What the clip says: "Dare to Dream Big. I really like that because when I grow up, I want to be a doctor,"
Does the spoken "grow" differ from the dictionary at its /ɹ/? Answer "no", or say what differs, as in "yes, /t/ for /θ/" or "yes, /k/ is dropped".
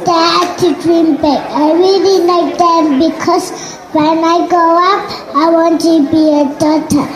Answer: yes, /ɹ/ is dropped